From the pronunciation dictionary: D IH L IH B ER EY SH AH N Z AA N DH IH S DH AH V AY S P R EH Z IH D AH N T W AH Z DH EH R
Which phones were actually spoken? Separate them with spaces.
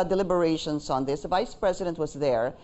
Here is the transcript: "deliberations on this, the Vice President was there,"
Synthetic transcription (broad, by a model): D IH L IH B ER EY SH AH N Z AA N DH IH S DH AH V AY S P R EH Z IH D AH N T W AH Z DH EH R